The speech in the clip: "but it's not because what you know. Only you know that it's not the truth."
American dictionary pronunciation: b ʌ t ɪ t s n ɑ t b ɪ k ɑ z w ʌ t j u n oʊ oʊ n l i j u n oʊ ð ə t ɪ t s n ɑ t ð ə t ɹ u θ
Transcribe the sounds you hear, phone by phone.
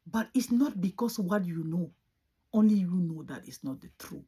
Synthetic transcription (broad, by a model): b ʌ t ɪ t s n ɑ t b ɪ k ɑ s w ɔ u j u n oʊ oʊ n l i j u n oʊ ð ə t ɪ t s n ɑ t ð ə t ɹ u